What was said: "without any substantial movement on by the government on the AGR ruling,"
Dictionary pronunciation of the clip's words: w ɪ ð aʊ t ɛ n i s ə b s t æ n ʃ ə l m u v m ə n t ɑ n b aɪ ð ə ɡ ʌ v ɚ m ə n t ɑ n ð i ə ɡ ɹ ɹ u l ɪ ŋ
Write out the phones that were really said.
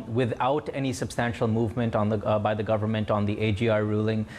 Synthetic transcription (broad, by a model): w ɪ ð aʊ t ɛ n i s ə b s t æ n ʃ ə l m u v m ə n t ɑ n b aɪ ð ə ɡ ʌ v ɚ m ə n t ɑ n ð i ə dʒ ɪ ɹ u l ɪ ŋ